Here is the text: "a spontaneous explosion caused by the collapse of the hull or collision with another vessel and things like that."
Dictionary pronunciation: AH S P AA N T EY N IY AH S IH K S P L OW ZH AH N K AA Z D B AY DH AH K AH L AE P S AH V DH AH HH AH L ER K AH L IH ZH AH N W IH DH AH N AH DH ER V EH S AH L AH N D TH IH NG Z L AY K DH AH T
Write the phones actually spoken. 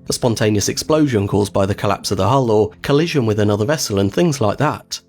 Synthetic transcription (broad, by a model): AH S P AA N T EY N IY AH S IH K S P L OW ZH AH N K AA Z B AY DH AH K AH L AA P S AH V DH AH HH AH L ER K AH L IH ZH AH N W IH DH AH N AH DH ER V EH S AH L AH N TH IH NG Z L AY K DH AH T